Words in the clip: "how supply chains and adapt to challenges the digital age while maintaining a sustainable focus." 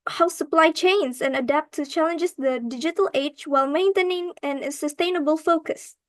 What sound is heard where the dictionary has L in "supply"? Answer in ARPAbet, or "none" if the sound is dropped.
L